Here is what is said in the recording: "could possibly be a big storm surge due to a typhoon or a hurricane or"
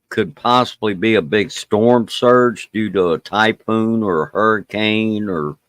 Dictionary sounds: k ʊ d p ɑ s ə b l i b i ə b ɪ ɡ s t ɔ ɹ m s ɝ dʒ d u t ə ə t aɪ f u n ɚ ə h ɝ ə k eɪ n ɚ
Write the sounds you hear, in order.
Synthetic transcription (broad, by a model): k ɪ d p ɑ s ə b l i b i ə b ɪ ɡ s t ɔ ɹ m s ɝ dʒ d u t ə ə t aɪ p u n ɚ h ɝ ə k eɪ n ɚ